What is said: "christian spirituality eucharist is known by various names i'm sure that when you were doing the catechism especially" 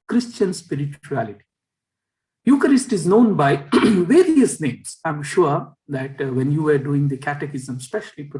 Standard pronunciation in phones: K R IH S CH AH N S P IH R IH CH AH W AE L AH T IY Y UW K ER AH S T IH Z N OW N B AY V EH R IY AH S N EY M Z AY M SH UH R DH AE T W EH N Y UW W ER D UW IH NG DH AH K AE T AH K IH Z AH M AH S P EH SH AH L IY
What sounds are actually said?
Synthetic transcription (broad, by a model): K R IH S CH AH N S P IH R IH CH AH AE L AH T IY Y UW K ER AH S T IH Z N OW N B AY V EH R IY AH S N EY M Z AY M SH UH R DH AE T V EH N Y UW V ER D UW IH NG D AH K AE T AH K IH Z AH M S P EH SH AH L IY